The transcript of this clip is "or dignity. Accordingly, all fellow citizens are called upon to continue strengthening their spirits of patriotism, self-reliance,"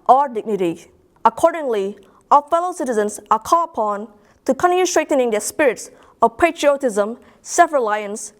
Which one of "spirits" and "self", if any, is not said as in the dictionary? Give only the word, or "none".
self